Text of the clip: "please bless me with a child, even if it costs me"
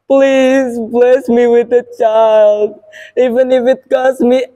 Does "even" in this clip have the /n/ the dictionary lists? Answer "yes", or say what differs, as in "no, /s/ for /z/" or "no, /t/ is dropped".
yes